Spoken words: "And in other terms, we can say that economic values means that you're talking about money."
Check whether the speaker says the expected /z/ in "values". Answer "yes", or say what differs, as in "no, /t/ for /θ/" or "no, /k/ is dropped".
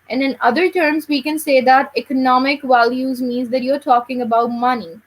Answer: yes